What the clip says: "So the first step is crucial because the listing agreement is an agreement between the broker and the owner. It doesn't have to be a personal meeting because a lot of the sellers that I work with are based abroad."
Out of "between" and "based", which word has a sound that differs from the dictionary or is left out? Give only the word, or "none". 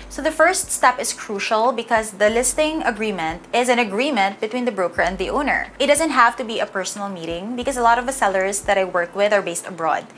none